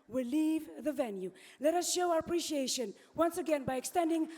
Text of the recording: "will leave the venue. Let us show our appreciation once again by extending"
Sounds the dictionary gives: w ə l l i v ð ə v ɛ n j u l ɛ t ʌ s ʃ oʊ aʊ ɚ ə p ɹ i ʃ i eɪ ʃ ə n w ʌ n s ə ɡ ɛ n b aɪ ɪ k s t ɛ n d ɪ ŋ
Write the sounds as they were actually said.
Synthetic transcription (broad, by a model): w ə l l i v ð ə v ɛ n j u l ɛ t ʌ s ʃ oʊ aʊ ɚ ə p ɹ i ʃ i eɪ ʃ ə n w ʌ n s ə ɡ ɛ n b aɪ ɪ k s t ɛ n d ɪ ŋ